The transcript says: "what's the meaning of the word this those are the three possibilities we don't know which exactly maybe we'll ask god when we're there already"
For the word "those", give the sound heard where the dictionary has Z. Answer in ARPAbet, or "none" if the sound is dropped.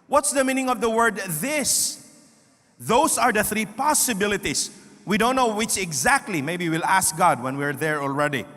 S